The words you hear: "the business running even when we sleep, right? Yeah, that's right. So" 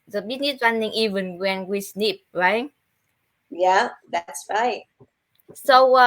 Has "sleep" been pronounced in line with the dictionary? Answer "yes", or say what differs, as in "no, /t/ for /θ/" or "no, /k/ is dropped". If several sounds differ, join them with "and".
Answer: no, /n/ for /l/